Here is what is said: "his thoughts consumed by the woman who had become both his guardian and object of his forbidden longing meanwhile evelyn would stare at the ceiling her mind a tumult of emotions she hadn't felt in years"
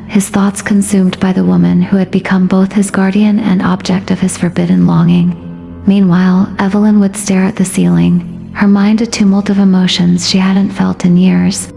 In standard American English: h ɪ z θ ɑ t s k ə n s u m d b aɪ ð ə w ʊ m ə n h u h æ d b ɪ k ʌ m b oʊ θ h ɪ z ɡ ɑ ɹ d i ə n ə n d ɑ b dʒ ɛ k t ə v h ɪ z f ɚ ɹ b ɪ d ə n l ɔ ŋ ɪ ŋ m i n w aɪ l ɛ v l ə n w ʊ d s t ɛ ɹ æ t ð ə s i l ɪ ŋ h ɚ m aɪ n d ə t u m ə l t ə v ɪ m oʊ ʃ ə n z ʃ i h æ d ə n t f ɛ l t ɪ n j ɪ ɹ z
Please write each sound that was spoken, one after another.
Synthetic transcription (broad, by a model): h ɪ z θ ɑ t s k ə n s u m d b aɪ ð ə w ʊ m ə n h u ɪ d b ɪ k ʌ m b oʊ θ h ɪ z ɡ ɑ ɹ d i ə n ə n ɑ b dʒ ɛ k t ə v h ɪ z f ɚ ɹ b ɪ d n l ɔ ŋ ɪ ŋ m i n w aɪ l ɛ v l ə n w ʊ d s t ɛ ɹ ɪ t ð ə s i l ɪ ŋ h ɚ m aɪ n d ə t u m l t ə v ɪ m oʊ ʃ ə n z ʃ i h æ d n t f ɛ l t ɪ n j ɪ ɹ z